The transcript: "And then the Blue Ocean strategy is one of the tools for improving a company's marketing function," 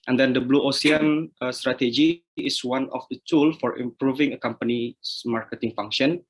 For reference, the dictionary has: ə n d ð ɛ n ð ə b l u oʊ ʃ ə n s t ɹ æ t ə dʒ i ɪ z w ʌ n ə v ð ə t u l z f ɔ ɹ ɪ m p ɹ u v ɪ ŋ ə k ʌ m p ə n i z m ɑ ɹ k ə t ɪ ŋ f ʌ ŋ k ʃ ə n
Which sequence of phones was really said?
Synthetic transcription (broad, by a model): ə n d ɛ n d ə b l u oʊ s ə n s t ɹ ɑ t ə dʒ i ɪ s w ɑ n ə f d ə t u l f ɔ ɹ ɪ m p ɹ u v ɪ ŋ ə k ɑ m p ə n i s m ɑ ɹ k ə t ɪ ŋ f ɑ ŋ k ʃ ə n